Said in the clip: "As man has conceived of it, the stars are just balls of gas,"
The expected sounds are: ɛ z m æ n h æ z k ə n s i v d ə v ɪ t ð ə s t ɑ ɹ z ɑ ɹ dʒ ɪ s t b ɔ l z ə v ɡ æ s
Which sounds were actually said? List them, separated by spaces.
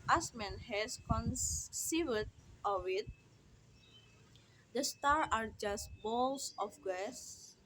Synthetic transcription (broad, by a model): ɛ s m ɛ n h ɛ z k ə n s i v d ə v ɪ t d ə s t ɑ ɹ ɑ ɹ dʒ ɪ s t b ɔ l s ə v ɡ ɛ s